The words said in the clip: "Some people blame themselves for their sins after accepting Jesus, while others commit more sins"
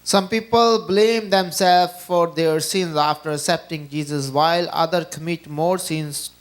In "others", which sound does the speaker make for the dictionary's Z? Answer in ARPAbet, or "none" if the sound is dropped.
none